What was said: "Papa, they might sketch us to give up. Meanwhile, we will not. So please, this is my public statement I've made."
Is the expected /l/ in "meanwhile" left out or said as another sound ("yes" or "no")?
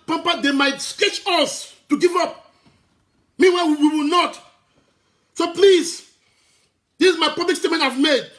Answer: yes